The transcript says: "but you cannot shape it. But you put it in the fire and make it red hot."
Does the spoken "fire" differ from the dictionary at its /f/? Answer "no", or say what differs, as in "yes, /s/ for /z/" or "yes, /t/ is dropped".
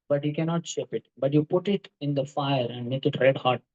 no